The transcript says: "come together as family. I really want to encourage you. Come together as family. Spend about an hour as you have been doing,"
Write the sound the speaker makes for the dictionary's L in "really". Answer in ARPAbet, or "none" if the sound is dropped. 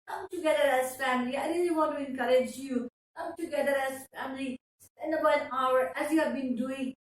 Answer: N